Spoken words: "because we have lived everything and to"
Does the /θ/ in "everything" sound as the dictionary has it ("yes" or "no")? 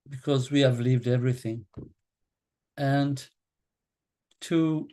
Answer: yes